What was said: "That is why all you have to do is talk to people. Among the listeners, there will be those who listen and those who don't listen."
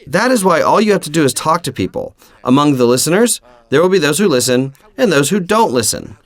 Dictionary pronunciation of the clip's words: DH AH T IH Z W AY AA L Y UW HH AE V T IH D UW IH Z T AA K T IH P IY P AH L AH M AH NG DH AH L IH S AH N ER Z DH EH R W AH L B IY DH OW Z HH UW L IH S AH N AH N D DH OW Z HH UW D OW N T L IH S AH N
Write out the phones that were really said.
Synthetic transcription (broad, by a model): DH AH T IH Z W AY AA L Y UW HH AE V T IH D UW IH Z T AA K T IH P IY P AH L AH M AH NG DH AH L IH S AH N ER Z DH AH R W AH L B IY DH OW Z HH UW L IH S AH N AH N DH OW Z HH UW D OW N T L IH S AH N